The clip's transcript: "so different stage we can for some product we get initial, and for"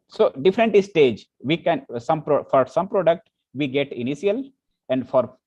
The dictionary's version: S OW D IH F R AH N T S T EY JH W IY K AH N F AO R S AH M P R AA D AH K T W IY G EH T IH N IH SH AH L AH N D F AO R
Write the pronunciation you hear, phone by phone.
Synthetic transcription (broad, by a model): S OW D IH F R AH N T S T EY JH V IY K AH N F AO R S AH M P R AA D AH K T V IY G EH T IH N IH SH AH L AH N D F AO R